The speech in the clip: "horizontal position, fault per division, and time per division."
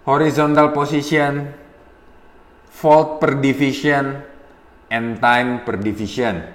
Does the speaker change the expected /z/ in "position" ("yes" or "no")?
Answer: yes